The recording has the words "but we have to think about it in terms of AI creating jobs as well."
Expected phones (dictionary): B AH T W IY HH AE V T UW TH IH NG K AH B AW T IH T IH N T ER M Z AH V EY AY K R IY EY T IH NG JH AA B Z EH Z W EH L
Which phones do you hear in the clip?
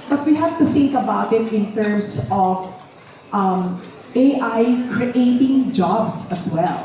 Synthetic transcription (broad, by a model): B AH T W IY HH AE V T UW TH IH NG K AH B AW T IH T IH N T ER M S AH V EY AY K R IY EY T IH NG JH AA B S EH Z W EH L